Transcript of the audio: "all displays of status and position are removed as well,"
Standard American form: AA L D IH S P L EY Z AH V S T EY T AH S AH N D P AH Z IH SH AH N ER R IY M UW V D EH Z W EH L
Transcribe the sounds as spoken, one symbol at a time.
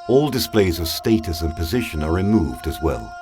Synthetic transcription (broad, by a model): AA L D IH S P L EY Z AH V S T EY T AH S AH N P AH Z IH SH AH N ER R IY M UW V D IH Z W EH L